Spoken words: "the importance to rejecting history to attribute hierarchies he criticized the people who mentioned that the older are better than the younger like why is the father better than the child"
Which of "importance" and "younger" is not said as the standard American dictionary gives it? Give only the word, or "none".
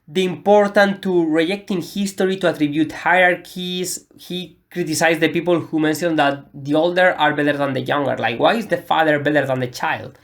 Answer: importance